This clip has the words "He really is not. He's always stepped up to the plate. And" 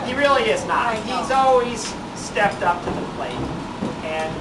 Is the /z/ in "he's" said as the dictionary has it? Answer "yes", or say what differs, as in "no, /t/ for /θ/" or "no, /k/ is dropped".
yes